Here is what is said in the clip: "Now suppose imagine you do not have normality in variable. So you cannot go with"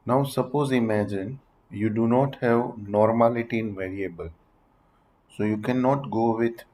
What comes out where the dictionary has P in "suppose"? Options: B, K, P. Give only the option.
P